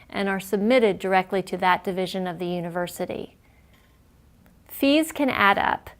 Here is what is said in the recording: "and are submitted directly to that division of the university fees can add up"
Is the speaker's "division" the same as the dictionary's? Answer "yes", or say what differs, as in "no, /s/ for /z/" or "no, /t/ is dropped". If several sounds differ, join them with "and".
yes